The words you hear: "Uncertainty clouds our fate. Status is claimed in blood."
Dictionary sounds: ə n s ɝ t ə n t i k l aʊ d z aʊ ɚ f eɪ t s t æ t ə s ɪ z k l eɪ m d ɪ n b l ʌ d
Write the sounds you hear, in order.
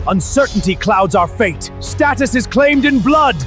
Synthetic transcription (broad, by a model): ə n s ɝ t n t i k l aʊ d z aʊ ɚ f eɪ t s t æ t ə s ɪ z k l eɪ m d ɪ n b l ʌ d